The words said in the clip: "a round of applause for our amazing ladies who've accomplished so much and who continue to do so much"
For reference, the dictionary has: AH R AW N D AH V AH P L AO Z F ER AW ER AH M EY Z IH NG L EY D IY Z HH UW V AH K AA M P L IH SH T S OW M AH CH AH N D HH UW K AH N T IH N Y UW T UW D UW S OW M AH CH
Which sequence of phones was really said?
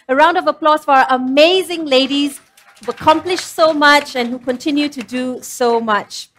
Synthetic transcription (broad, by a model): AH R AW N D AH V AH P L AO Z F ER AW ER AH M EY Z IH NG L EY D IY Z HH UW AH K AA M P L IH SH S OW M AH CH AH N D HH UW K AH N T IH N Y UW T UW D UW S OW M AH CH